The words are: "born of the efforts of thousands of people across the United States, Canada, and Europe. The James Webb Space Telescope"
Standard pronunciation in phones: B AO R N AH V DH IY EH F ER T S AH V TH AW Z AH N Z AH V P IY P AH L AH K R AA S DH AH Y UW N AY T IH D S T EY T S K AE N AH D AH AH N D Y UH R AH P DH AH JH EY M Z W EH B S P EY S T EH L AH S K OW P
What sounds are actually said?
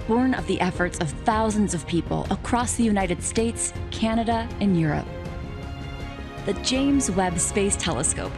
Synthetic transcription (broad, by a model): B AO R N AH V DH IY EH F ER T S AH V TH AW Z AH N Z AH V P IY P L AH K R AA S DH AH Y UW N AY T IH D S T EY T S K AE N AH D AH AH N Y UH R AH P DH AH JH EY M Z W EH B S P EY S T EH L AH S K OW P